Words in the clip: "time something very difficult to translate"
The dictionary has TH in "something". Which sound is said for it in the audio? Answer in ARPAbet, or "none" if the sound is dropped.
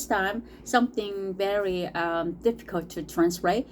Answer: TH